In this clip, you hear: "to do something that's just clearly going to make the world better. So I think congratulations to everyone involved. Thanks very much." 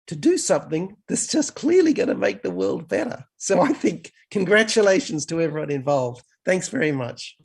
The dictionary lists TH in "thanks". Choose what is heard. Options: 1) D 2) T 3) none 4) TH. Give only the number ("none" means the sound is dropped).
4